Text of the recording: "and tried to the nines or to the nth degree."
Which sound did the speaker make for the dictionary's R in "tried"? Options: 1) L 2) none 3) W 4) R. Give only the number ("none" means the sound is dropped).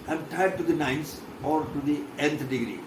2